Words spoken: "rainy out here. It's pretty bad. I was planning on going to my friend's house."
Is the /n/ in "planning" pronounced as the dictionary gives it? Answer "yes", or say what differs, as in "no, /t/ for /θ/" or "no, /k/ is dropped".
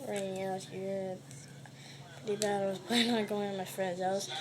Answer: no, /n/ is dropped